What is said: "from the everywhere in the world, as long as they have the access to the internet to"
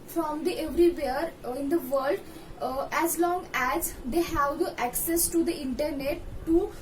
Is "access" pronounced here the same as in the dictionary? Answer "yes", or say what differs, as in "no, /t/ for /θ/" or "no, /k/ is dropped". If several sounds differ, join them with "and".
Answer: yes